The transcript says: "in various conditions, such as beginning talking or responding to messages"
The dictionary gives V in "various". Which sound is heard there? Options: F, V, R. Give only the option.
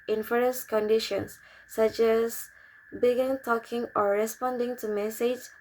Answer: F